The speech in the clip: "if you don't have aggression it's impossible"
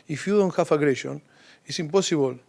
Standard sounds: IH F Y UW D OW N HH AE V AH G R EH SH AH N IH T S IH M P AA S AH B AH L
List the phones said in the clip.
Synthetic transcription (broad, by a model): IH F Y UW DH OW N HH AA F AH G R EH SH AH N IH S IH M P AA S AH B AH L